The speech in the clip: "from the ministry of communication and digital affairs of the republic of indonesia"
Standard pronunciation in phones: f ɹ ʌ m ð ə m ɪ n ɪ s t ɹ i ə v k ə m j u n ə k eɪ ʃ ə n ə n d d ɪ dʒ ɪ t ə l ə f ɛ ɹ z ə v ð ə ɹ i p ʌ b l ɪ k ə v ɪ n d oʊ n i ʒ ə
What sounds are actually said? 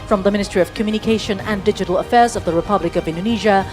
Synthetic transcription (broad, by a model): f ɹ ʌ m ð ə m ɪ n ɪ s t ɹ i ə v k ə m j u n ə k eɪ ʃ ə n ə n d d ɪ dʒ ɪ t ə l ə f ɛ ɹ z ə v ð ə ɹ i p ʌ b l ɪ k ə v ɪ n d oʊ n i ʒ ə